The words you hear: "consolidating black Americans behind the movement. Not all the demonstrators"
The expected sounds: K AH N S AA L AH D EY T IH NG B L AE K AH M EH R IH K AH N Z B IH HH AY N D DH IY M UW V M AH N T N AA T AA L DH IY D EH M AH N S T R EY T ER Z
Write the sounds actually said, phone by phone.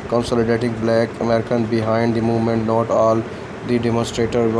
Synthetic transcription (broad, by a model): K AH N S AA L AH D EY T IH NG B L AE K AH M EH R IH K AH N B IH HH AY N D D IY M UW V M AH N T N AA T AA L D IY D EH M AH N S T R EY T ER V